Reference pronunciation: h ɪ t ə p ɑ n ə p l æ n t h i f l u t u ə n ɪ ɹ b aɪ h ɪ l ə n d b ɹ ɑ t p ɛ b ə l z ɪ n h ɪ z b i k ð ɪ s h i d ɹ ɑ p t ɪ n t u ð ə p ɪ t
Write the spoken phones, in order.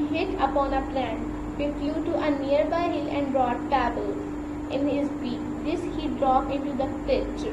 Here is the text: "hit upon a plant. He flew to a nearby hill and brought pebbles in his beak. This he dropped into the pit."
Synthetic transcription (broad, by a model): h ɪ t ə p ɑ n ə p l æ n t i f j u t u ə n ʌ ɹ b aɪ h ɪ l ə n d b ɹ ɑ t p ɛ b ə l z ɪ n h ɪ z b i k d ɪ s h i d ɹ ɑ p ɪ n t u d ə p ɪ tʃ